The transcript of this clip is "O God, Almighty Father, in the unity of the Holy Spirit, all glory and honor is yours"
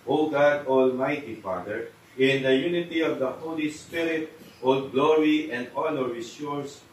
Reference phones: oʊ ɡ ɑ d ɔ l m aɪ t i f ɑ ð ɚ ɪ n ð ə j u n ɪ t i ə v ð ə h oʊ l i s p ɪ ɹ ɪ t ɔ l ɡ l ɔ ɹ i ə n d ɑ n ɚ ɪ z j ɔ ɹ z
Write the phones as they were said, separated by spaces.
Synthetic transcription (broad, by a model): oʊ ɡ ɑ d ɔ l m aɪ t i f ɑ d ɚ ɪ n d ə j u n ɪ t i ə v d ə h oʊ l i s p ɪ ɹ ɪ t ɔ l ɡ l ɔ ɹ i ə n d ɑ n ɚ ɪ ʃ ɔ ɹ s